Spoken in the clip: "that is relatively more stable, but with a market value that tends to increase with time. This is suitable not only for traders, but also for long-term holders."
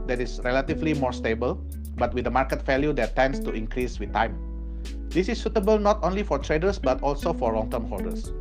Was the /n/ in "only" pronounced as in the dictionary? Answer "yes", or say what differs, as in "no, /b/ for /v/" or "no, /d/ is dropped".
yes